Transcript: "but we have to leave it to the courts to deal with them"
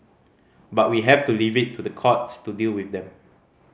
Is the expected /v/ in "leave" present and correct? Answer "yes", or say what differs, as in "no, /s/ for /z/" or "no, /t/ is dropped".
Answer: yes